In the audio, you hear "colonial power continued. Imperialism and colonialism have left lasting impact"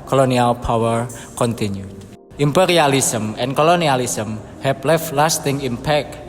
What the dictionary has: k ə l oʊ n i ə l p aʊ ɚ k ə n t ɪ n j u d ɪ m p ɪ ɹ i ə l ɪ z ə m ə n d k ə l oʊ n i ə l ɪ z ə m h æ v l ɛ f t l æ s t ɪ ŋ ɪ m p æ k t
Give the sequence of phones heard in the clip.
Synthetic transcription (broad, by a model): k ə l oʊ n i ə l p aʊ ɚ k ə n t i n j u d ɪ m p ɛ ɹ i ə l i s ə m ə n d k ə l oʊ n i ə l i s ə m h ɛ p l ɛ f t l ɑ s t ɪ ŋ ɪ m p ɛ k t